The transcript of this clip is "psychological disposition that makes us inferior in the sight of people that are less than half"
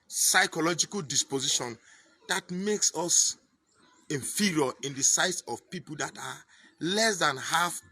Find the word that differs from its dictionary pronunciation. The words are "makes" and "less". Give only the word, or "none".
none